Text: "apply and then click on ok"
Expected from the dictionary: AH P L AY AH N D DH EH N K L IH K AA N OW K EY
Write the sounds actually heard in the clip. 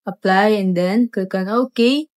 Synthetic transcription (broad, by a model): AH P L AY AH N D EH N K IH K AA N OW K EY